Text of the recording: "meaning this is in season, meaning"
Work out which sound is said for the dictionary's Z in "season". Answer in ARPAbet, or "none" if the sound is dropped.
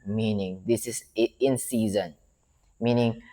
Z